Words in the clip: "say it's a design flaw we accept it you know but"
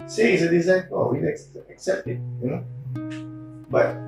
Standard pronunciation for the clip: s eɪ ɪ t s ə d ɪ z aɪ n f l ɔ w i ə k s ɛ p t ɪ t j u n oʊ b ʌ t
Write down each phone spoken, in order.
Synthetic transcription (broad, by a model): s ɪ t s ə d ɪ z aɪ n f ɔ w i ə k s ɛ p t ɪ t j u n oʊ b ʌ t